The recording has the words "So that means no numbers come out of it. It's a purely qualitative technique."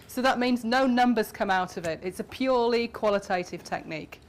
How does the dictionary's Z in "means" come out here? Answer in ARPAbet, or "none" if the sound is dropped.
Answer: Z